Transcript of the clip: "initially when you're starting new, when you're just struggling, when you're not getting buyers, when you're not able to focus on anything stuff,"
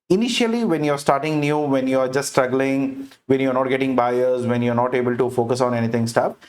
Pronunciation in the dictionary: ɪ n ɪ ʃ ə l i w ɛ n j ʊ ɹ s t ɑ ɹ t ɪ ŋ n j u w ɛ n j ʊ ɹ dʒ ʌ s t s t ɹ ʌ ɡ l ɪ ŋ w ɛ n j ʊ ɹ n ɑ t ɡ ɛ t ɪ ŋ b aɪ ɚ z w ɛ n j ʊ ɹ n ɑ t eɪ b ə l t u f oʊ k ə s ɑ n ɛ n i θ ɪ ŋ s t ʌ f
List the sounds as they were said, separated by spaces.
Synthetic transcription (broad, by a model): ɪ n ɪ ʃ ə l i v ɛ n j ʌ ɹ s t ɑ ɹ t ɪ ŋ n j u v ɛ n j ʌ ɹ dʒ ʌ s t s t ɹ ʌ ɡ l ɪ ŋ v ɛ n j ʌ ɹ n ɑ t ɡ ɛ t ɪ ŋ b aɪ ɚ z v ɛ n j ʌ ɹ n ɑ t eɪ b ə l t u f oʊ k ə s ɑ n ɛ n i t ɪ ŋ s t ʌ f